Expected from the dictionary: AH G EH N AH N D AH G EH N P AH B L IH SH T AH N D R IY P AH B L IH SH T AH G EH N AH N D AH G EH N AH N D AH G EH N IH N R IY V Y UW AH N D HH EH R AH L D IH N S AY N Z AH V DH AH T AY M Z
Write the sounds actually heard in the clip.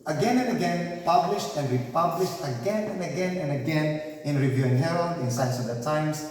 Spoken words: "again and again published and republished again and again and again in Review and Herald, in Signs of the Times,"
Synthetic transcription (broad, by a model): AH G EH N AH N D AH G EH N P AH B L IH SH T AH N D R IY P AH B L IH SH T AH G EH N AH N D AH G EH N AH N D AH G EH N IH N R IY V Y UW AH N HH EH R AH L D IH N S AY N S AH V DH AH T AY M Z